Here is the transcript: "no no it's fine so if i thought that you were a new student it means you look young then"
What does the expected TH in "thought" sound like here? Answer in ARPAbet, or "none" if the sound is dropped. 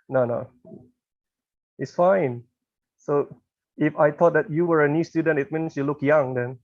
T